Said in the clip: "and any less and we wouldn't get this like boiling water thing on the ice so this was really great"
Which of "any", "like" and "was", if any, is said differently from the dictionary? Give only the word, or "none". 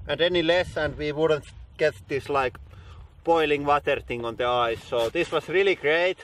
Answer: was